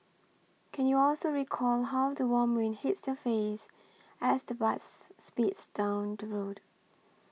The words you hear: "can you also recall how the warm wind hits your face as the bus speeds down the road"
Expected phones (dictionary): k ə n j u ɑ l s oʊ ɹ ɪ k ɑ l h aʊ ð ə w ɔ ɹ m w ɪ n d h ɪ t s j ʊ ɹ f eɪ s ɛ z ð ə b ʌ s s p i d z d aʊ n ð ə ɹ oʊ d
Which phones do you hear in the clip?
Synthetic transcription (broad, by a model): k ə n j u ɑ l s oʊ ɹ ɪ k ɑ l h aʊ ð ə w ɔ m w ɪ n h ɪ t s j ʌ f eɪ s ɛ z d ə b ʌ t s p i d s d aʊ n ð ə ɹ oʊ d